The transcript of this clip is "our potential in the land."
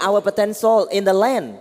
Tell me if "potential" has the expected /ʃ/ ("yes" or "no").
no